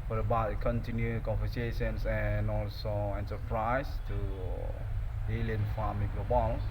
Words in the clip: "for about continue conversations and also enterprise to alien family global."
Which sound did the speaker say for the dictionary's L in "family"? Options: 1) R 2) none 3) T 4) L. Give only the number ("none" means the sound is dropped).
2